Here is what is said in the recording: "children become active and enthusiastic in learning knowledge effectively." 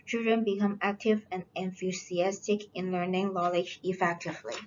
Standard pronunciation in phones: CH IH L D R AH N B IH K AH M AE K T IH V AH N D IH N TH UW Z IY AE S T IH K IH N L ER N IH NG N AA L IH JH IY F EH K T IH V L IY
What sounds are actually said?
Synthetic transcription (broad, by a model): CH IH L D R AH N B IH K AH M AE K T IH V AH N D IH N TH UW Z IY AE S T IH K IH N L ER N IH NG L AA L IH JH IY F EH K T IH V L IY